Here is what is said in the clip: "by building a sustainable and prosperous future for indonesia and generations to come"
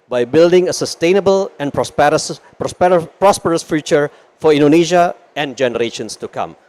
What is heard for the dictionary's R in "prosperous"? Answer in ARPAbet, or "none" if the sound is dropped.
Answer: R